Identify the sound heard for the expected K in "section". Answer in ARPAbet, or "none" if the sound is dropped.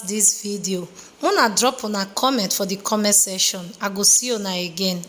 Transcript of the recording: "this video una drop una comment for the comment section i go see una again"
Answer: none